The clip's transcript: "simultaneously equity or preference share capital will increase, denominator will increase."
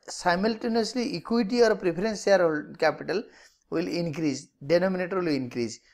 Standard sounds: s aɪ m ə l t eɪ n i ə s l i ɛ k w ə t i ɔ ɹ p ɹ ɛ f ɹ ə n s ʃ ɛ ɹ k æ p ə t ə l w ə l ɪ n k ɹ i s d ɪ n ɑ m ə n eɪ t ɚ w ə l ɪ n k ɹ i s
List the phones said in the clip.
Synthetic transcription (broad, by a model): s aɪ m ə l t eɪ n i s l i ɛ k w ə t i ɔ ɹ p ɹ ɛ p ɹ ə n s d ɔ l k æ p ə t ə l w ə l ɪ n k ɹ i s d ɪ n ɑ m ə n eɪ t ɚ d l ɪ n k ɹ i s